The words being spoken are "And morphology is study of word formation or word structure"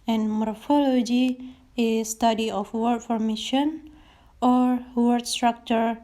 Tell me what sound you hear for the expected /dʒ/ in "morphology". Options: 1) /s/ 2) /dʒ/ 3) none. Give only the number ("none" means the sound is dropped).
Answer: 2